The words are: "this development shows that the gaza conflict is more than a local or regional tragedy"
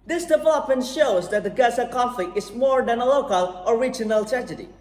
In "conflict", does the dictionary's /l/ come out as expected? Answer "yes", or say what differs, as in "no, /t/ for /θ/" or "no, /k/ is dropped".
no, /l/ is dropped